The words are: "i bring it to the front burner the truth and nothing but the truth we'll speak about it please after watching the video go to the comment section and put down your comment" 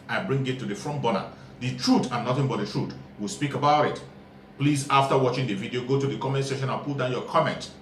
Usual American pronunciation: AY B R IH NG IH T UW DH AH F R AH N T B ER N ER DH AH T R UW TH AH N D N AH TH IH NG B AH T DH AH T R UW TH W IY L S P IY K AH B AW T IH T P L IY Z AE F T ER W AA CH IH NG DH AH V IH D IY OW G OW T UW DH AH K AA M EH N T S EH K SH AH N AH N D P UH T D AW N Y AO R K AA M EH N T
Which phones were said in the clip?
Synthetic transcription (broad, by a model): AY B R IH NG IH T UW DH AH F R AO N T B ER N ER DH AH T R UW T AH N N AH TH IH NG B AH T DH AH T R UW T W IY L S P IY K AH B AW T IH T P L IY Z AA F T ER W AA CH IH NG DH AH V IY D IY OW G OW T UW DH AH K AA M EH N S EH SH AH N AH N P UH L D AW N Y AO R K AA M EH N T